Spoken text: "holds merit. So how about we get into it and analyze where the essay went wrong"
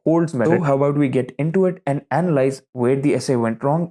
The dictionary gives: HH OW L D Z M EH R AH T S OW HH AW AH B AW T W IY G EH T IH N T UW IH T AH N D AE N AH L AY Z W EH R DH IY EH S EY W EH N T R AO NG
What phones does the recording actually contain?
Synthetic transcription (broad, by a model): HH OW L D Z M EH AH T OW HH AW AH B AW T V IY G EH T IH N T UW IH T AH N D AE N AH L AY Z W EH R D IY EH S EY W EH N T R AO NG